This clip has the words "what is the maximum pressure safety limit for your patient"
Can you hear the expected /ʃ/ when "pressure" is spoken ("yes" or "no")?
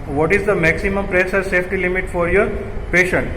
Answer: no